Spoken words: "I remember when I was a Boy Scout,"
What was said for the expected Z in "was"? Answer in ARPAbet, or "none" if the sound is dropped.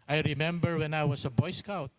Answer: S